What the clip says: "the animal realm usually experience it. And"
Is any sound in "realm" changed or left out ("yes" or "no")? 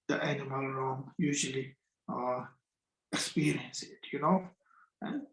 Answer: yes